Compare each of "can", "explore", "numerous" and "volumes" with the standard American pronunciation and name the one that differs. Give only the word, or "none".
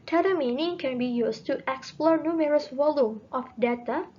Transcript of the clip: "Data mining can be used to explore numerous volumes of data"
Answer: volumes